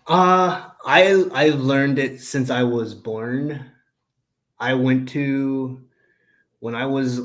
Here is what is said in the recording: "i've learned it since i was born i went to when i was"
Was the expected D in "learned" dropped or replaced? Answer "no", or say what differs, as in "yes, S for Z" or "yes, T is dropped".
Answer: no